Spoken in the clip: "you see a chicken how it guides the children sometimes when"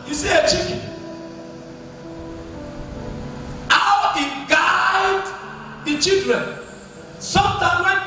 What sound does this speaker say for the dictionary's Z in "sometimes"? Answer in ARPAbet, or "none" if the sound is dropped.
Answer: none